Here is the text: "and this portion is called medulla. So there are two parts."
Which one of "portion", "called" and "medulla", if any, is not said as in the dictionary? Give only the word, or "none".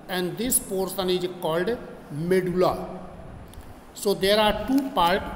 portion